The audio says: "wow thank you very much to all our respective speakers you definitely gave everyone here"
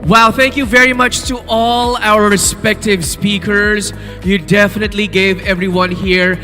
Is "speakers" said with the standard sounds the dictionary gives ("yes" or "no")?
yes